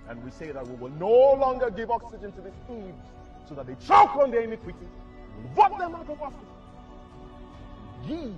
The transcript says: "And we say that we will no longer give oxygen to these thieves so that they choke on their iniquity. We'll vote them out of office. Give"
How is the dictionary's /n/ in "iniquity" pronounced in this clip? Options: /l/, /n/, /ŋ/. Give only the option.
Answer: /n/